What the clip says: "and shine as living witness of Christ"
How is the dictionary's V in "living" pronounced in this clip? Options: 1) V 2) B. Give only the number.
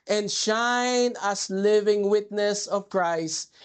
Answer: 1